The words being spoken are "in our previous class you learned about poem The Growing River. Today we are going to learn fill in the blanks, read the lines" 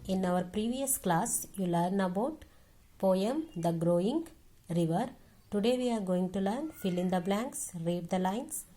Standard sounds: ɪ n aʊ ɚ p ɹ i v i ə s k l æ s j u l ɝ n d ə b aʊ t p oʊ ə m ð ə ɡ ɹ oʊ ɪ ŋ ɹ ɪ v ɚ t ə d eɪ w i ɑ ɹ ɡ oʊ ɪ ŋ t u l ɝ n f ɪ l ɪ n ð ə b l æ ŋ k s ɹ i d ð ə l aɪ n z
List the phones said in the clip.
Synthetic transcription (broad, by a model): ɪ n aʊ ɚ p ɹ i v i ə s k l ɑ s j u l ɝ n ə b aʊ t p oʊ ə m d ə ɡ ɹ oʊ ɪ ŋ ɹ ɪ v ɚ t ə d eɪ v i ɑ ɹ ɡ oʊ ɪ ŋ t u l ɝ n f ɪ l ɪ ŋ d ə b l æ ŋ k s ɹ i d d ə l aɪ n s